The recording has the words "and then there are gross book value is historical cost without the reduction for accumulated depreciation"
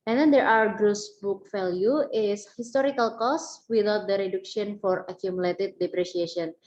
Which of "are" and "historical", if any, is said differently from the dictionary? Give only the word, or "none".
are